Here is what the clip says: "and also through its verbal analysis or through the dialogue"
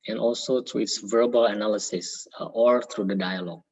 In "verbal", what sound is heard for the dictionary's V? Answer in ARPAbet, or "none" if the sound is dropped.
V